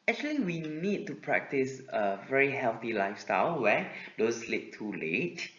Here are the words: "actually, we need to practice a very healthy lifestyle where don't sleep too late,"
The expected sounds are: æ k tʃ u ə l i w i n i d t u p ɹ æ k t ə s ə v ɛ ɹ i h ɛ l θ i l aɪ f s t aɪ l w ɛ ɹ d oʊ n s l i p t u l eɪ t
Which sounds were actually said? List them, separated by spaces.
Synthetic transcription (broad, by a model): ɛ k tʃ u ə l i w i n i d t u p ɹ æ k t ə s ə v ɛ ɹ i h ɛ l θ i l aɪ f s t aɪ l w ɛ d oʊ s l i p t u l eɪ t